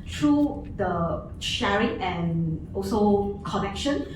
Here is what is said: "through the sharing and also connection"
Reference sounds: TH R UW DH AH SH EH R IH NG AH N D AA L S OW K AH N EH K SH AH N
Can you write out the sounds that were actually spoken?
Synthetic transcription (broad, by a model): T R UW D AH SH EH R IH NG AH N AA L S OW K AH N EH K SH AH N